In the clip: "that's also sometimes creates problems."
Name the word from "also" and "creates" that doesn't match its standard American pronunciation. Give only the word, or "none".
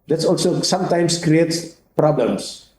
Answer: none